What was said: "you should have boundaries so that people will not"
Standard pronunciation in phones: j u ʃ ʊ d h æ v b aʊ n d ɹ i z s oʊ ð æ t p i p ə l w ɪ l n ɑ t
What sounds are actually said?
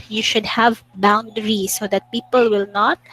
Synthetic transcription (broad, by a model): j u ʃ ʊ d h æ v b aʊ n d ɹ i s oʊ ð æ t p i p ə l w ɪ l n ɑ t